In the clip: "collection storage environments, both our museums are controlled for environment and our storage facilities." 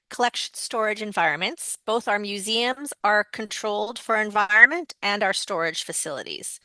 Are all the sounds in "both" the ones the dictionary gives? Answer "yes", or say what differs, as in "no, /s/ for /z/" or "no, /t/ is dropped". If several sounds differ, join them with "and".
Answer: yes